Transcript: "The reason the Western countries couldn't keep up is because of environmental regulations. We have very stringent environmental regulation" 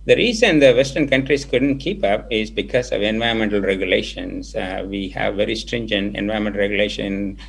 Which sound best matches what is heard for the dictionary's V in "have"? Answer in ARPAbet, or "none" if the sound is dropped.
V